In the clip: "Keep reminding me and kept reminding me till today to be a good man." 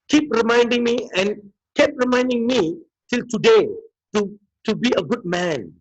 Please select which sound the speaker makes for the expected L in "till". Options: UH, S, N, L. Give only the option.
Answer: L